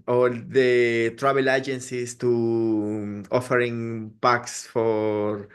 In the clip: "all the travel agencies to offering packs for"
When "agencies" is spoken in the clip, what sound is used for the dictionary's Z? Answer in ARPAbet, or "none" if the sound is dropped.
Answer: S